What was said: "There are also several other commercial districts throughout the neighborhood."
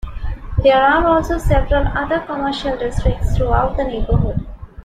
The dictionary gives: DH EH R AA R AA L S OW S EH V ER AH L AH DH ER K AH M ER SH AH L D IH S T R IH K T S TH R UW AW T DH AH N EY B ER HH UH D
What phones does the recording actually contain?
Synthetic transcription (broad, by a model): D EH R AA R AA L S OW S EH V ER AH L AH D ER K AH M ER SH AH L D IH S T R IH K T S T R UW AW T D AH N EY B ER HH UH D